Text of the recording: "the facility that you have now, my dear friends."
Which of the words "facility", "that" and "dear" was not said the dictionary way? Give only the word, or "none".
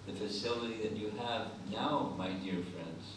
none